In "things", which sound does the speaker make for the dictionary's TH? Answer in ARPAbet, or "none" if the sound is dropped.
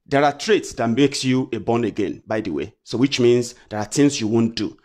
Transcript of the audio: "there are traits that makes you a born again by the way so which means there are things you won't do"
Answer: T